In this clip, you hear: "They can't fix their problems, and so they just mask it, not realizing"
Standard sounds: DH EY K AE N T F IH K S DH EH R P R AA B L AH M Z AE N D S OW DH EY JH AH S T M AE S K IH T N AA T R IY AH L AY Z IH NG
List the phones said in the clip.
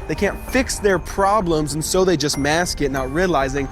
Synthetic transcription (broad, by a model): DH EY K AE N T F IH K S DH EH R P R AA B L AH M Z N S OW DH EY JH AH S T M AE S K IH T N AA T R IY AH L AY Z IH NG